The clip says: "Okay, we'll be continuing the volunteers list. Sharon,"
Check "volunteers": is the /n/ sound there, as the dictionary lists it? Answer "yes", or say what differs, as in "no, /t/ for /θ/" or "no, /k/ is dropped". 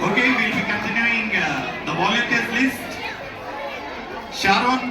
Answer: no, /n/ is dropped